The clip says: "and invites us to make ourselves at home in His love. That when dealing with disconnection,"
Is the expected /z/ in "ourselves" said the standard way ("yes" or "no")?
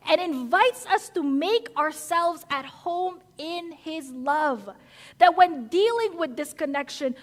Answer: yes